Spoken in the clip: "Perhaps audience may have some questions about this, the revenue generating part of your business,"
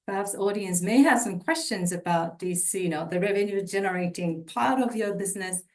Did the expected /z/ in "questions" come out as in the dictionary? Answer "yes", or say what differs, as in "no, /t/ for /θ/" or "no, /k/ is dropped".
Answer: yes